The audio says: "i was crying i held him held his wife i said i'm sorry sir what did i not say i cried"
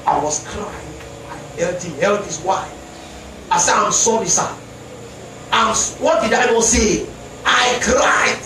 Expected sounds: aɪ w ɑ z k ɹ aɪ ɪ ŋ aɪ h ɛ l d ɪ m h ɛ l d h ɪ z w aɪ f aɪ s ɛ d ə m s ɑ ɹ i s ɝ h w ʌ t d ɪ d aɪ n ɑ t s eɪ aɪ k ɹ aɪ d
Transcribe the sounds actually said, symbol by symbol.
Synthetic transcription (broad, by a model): aɪ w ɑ s k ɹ aɪ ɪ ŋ aɪ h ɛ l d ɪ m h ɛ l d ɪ s w aɪ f aɪ s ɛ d ə m s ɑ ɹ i s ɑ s w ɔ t d ɪ d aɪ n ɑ s eɪ aɪ k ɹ aɪ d